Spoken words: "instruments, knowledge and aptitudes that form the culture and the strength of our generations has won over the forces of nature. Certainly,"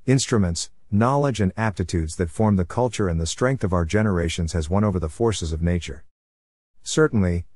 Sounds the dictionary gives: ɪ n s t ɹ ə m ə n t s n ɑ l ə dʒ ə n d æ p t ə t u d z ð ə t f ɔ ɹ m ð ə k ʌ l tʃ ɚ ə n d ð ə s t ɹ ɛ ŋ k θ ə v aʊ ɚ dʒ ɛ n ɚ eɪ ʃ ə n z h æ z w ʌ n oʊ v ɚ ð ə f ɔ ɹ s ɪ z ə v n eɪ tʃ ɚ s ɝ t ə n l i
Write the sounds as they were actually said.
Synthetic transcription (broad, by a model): ɪ n s t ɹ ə m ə n t s n ɑ l ə dʒ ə n æ p t ə t u d z ð ə t f ɔ ɹ m ð ə k ʌ l tʃ ɚ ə n ð ə s t ɹ ɛ ŋ k θ ə v aʊ ɚ dʒ ɛ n ɚ eɪ ʃ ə n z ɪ z w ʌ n oʊ v ɚ ð ə f ɔ ɹ s ɪ z ə v n eɪ tʃ ɚ s ɝ t n l i